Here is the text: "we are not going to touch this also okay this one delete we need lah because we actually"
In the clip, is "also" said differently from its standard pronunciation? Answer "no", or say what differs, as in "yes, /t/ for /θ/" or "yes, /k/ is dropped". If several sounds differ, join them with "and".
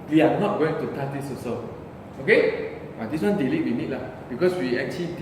yes, /l/ is dropped